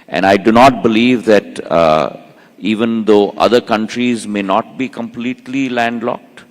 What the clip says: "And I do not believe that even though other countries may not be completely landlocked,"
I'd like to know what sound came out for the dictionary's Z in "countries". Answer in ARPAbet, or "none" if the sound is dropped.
Z